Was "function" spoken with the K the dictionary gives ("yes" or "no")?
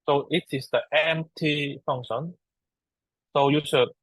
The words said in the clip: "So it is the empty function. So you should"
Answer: no